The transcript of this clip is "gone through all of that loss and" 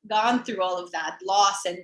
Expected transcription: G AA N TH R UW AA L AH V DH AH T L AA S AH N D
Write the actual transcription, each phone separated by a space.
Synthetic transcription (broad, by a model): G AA N TH R UW AA L AH V DH AH T L AA S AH N